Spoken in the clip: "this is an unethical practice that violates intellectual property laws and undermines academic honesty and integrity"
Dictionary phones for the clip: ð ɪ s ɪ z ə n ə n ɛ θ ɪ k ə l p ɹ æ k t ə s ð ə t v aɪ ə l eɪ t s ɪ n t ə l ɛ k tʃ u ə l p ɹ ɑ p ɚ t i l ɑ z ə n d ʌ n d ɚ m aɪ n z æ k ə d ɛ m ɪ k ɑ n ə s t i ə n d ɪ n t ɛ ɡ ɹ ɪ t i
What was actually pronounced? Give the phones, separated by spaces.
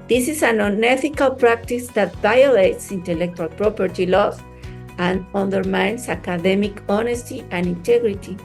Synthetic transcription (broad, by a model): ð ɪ s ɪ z ə n ə n ɛ θ ɪ k ə l p ɹ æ k t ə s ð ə t v aɪ ə l eɪ t s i n t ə l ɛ k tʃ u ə l p ɹ ɑ p ɚ t i l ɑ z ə n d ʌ n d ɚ m aɪ n s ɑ k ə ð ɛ m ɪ k ɑ n ə s t i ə n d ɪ n t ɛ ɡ ɹ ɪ t i